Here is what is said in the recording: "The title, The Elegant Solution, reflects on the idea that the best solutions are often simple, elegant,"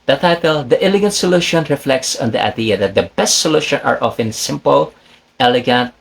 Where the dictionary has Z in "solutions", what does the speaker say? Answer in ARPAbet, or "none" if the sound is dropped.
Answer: none